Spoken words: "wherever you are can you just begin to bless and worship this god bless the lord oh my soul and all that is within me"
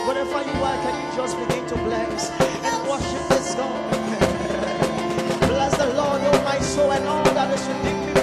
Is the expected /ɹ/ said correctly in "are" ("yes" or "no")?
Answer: no